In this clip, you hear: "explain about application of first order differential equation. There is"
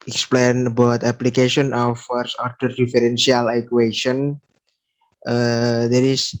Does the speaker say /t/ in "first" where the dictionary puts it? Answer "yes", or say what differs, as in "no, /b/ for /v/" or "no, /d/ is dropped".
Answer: no, /t/ is dropped